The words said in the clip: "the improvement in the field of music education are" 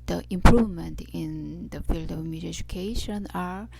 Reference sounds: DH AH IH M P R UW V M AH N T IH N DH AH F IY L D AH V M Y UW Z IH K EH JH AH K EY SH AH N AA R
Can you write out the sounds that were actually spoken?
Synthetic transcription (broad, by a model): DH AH IH M P R UW V M AH N T IH N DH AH F IY L D AH V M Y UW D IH EH JH AH K EY SH AH N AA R